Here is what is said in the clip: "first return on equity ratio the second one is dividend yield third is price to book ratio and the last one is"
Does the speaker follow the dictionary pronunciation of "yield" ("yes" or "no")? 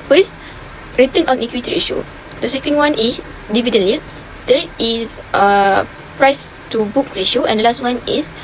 no